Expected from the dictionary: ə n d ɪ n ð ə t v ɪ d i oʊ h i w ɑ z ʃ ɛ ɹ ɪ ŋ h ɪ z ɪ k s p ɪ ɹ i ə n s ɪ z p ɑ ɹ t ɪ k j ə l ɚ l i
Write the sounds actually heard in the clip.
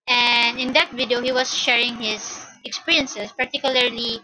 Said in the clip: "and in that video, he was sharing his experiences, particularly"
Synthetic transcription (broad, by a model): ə n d ɪ n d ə t v ɪ d i oʊ h i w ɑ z ʃ ɛ ɹ ɪ ŋ h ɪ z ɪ k s p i ɹ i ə n s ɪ s p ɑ ɹ t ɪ k j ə l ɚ l i